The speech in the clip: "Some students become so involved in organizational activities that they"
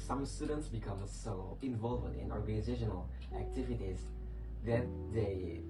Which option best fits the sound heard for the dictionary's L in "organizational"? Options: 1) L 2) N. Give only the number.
1